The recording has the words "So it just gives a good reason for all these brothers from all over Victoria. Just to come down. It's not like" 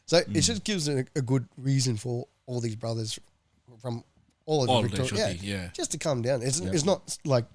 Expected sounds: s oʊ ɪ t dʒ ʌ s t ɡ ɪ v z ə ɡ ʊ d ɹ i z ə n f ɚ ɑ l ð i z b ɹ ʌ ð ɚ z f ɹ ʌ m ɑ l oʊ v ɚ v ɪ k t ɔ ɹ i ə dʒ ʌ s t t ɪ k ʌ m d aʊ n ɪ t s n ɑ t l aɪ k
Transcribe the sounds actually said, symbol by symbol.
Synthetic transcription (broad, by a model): s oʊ ɪ t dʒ ʌ s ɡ ɪ v z ə ɡ ʊ d ɹ i z ə n f ɚ ɑ l ð i z b ɹ ʌ ð ɚ z f ɹ ʌ m ɑ l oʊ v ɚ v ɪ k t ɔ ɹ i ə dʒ ʌ s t t ɪ k ʌ m d aʊ n ɪ t s n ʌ t l aɪ k